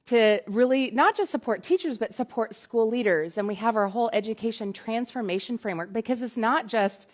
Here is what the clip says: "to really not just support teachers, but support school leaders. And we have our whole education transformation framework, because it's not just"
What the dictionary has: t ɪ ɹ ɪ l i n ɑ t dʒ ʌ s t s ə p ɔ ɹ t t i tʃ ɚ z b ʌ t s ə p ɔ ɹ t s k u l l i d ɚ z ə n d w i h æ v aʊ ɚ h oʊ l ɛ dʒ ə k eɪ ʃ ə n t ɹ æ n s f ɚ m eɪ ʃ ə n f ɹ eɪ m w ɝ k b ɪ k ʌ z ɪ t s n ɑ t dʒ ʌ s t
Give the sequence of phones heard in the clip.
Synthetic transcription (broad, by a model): t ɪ ɹ ɪ l i n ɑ t dʒ ʌ s t s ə p ɔ ɹ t t i tʃ ɚ z b ʌ t s ə p ɔ ɹ t s k u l l i d ɚ z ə n w i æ v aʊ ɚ h oʊ l ɛ dʒ ə k eɪ ʃ ə n t ɹ æ n s f ɚ m eɪ ʃ ə n f ɹ eɪ m w ɝ k b ɪ k ʌ z ɪ t s n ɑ t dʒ ʌ s t